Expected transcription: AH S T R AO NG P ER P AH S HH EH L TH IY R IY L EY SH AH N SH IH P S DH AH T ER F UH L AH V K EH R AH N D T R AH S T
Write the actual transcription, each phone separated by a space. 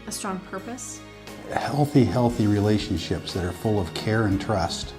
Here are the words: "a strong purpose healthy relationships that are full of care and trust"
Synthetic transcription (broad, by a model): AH S T R AO NG P ER P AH S HH EH L TH IY R IY L EY SH AH N SH IH P S DH AH T ER F UH L AH V K EH R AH N T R AH S T